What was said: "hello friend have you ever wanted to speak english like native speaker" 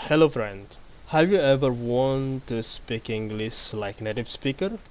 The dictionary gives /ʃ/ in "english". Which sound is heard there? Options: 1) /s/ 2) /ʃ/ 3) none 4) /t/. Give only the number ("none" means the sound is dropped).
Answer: 1